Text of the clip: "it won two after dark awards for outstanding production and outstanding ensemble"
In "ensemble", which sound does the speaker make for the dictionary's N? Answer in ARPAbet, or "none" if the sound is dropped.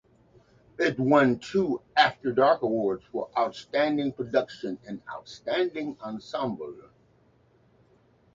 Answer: N